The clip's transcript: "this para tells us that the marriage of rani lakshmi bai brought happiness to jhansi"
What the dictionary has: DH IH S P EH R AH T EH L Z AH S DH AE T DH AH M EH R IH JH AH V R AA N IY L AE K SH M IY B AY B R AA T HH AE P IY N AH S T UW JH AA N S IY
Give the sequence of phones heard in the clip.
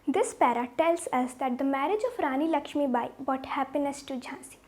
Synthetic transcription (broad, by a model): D IH S P EH R AH T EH L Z AH S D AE T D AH M EH R IH JH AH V R AA N IY L AE K SH M IY B AY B AA T HH AE P IY N AH S T UW JH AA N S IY